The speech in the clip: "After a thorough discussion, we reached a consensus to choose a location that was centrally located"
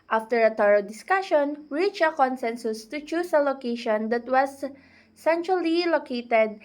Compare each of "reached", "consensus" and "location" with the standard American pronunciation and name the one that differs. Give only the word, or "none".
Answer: reached